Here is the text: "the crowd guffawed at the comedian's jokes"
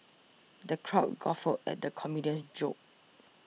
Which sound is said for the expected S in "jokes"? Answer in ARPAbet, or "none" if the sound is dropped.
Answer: none